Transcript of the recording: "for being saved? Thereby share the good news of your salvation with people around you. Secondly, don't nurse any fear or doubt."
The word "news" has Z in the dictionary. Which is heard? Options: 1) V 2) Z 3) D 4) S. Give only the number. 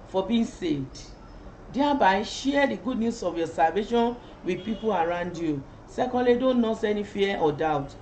4